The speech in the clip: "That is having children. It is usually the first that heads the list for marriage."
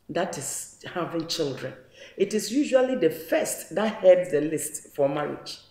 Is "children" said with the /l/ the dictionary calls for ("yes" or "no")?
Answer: yes